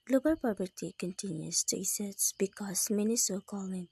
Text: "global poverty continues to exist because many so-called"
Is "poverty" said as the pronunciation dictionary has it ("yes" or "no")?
no